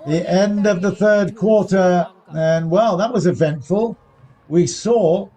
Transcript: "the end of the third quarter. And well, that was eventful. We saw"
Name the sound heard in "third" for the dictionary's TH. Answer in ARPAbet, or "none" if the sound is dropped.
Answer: TH